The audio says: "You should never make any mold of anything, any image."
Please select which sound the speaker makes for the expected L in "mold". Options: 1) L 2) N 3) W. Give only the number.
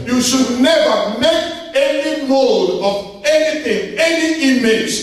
1